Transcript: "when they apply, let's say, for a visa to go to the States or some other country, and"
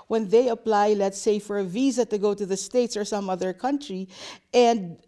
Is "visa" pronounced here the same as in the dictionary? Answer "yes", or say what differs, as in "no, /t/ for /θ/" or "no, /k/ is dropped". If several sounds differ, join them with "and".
yes